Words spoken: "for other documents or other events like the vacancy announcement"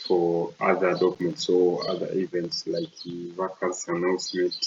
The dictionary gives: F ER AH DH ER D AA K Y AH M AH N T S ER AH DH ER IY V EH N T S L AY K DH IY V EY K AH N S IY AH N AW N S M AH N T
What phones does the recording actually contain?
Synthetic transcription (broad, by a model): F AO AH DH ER D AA K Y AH M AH N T S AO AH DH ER IY V EH N T S L AY K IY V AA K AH L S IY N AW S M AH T